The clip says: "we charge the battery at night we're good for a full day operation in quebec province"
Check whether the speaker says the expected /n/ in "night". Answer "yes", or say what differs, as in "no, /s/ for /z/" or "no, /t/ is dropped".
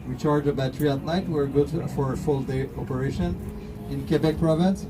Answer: no, /l/ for /n/